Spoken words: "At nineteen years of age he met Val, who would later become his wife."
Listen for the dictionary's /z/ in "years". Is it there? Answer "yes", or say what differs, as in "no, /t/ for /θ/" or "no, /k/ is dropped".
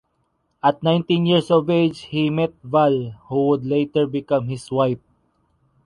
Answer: no, /s/ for /z/